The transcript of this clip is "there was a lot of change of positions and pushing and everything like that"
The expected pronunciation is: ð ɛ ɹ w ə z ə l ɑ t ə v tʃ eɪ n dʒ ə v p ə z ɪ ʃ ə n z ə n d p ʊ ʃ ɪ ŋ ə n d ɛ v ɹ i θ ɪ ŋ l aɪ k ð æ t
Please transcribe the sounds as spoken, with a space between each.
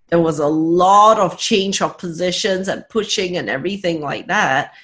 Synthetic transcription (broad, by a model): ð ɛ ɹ w ə z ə l ɑ t ə v tʃ eɪ n dʒ ə v p ə z ɪ ʃ ə n z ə n p ʊ ʃ ɪ ŋ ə n ɛ v ɹ i θ ɪ ŋ l aɪ k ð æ t